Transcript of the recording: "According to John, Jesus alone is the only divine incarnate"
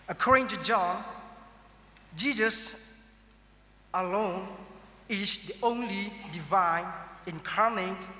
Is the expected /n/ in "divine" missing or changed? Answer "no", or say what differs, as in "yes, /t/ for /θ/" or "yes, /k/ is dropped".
no